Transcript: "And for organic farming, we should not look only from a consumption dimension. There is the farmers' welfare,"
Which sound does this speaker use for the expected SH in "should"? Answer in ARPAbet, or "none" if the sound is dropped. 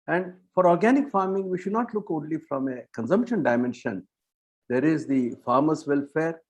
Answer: SH